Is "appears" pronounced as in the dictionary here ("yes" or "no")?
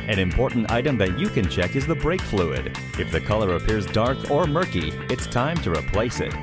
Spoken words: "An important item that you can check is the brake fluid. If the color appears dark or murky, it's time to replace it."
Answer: yes